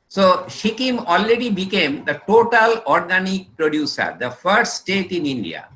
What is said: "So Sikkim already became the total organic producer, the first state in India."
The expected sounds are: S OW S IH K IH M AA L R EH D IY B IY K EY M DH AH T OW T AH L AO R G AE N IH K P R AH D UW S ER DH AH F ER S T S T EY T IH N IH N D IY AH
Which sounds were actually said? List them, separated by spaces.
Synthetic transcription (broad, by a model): S OW SH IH K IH M AA L R EH D IY B IY K EY M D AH T OW T AH L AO R G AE N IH K P R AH D UW S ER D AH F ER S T S T EY T IH N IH N D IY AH